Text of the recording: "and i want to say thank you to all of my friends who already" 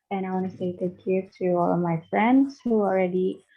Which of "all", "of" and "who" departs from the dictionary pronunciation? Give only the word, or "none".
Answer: none